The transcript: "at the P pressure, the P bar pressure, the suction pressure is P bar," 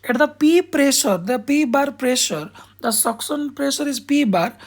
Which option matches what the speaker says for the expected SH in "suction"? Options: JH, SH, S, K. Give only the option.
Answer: S